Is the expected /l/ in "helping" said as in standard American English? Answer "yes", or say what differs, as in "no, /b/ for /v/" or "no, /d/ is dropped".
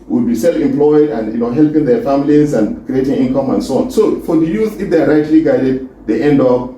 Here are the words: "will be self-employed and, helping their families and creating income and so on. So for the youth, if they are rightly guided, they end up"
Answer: yes